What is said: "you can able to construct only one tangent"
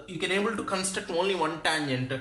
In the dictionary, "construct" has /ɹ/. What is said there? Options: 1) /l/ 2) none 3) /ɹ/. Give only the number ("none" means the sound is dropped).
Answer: 2